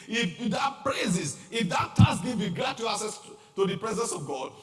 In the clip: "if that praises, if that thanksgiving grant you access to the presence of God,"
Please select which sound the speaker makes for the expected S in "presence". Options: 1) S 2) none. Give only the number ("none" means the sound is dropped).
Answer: 1